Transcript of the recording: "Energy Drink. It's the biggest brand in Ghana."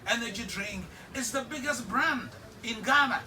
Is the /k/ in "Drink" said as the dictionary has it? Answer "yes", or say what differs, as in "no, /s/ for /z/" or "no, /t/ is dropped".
no, /k/ is dropped